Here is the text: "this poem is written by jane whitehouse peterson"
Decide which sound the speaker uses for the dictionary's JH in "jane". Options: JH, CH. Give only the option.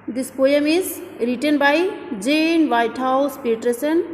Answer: JH